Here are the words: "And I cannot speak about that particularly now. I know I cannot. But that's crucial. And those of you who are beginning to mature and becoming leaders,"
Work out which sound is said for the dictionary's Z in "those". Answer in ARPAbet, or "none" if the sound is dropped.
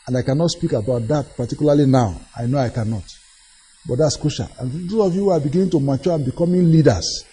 none